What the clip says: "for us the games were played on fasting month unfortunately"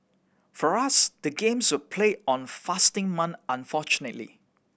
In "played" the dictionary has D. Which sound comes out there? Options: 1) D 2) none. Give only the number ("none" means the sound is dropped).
2